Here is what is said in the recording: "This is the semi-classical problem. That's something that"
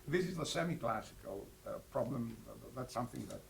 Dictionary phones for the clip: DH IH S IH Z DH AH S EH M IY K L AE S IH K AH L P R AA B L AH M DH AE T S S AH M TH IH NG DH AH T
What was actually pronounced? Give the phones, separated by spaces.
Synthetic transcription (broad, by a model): DH IH S IH Z DH AH S EH M IY K L AE S IH K AH L P R AA B L AH M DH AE T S S AH M TH IH NG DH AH T